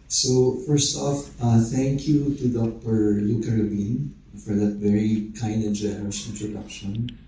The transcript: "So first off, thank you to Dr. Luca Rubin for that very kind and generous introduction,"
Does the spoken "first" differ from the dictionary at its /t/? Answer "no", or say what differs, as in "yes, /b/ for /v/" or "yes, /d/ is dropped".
no